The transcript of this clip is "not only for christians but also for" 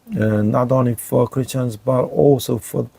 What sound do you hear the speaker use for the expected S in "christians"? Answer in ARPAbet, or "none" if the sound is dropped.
S